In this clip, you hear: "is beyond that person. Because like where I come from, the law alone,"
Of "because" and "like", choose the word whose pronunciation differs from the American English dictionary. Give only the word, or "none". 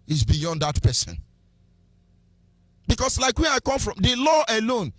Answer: because